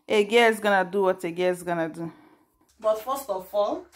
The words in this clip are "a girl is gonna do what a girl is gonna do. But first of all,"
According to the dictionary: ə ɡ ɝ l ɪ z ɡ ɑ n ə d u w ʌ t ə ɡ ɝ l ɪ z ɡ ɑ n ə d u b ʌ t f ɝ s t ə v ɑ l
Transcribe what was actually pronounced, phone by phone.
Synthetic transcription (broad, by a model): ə ɡ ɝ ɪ s ɡ ɑ n ə d u w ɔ t ə ɡ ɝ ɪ s ɡ ɑ n ə d u b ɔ t f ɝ s t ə f ɑ l